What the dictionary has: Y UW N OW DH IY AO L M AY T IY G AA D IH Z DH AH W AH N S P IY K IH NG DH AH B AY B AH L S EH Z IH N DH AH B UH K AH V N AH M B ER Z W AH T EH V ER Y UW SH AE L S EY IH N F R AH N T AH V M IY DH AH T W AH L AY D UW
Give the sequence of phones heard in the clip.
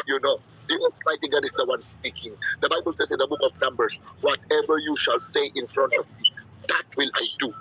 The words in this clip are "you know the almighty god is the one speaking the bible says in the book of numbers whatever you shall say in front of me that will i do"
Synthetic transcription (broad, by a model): Y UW N OW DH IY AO M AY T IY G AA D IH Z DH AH W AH N S P IY K IH NG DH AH B AY B AH L S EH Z IH N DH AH B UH K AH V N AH M B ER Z W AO T EH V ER Y UW SH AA L S EY IH N F R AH N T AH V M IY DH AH T W AH L AY D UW